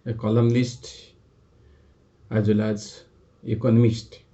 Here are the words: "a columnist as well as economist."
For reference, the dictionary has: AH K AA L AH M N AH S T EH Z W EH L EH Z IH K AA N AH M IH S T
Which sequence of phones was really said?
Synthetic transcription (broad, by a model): K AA L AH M L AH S T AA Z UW L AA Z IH K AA N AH M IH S T